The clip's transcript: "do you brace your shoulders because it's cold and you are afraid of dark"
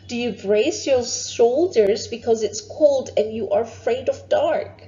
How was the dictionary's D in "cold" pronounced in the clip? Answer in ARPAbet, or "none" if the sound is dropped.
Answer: D